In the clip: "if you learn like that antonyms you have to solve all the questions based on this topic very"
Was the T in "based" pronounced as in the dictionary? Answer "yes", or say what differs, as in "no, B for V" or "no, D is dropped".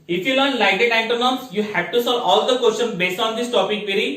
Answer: yes